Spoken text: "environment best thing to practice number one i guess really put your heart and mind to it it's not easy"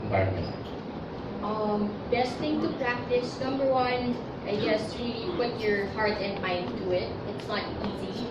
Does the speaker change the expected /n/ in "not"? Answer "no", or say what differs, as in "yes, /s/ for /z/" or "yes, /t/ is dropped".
yes, /l/ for /n/